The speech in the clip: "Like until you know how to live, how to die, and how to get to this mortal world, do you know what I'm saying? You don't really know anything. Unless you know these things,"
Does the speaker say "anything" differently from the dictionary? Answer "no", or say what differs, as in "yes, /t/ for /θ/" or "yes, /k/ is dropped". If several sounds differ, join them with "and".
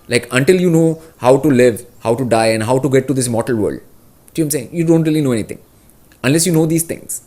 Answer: yes, /t/ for /θ/